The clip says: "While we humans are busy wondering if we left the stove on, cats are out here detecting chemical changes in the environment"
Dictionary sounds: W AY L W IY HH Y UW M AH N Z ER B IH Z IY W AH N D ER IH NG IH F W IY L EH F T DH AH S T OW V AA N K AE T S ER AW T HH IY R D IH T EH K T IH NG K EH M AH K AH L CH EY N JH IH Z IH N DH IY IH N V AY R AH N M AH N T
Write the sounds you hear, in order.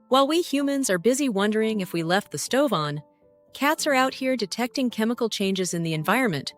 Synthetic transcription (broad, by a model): W AY L W IY HH Y UW M AH N Z ER B IH Z IY W AH N D ER IH NG IH F W IY L EH F T DH AH S T OW V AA N K AE T S ER AW T HH IY R D IH T EH K T IH NG K EH M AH K L CH EY N JH IH Z IH N DH IY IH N V AY R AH N M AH N T